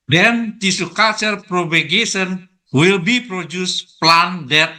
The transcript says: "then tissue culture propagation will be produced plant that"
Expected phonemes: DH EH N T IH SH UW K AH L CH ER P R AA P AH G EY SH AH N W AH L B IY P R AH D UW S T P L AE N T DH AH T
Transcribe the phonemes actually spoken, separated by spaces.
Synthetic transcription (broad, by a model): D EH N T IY S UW K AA CH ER P R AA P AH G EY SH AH N W AH L B IY P R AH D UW S P L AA N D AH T